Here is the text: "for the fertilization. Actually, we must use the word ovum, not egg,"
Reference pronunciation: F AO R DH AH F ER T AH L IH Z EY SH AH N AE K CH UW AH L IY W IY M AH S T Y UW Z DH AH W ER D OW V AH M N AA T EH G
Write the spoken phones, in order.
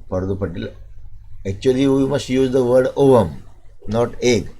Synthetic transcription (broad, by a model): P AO R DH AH P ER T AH L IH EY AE K CH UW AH L IY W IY M AH S T Y UW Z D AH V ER D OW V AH M N AA T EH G